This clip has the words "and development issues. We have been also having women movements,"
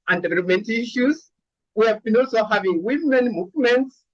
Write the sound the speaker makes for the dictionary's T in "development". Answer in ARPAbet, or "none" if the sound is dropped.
T